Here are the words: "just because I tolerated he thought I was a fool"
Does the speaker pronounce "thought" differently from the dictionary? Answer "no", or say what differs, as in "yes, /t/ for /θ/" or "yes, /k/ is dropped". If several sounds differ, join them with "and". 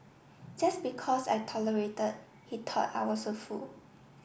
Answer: yes, /t/ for /θ/